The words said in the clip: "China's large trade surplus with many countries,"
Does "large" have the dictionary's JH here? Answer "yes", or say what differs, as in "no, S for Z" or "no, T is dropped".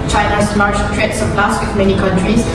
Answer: no, SH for JH